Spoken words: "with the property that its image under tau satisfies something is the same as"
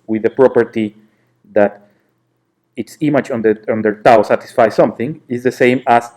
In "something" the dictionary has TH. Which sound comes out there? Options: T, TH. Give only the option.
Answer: TH